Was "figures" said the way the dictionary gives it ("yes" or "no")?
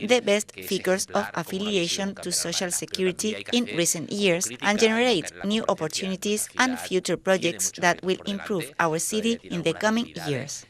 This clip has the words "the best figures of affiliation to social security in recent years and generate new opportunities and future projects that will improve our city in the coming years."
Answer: no